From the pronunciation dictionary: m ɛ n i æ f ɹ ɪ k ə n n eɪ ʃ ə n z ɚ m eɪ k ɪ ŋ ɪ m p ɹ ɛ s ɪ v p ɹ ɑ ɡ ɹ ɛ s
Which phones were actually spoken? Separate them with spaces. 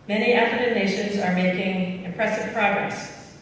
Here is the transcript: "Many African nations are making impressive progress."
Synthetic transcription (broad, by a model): m ɛ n i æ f ɪ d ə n n eɪ ʃ ə n z ɚ m eɪ k ɪ ŋ ɪ m p ɹ ɛ s ɪ v p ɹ ɑ ɡ ɹ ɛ s